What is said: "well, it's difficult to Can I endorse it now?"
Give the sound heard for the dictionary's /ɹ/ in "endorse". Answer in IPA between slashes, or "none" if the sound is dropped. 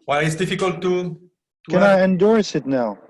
/ɹ/